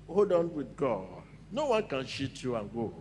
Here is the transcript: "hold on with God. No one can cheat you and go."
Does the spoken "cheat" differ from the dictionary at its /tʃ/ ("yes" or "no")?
yes